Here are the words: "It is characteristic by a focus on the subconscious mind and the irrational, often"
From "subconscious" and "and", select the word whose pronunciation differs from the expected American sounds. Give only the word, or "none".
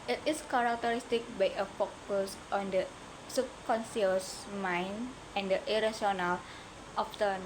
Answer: subconscious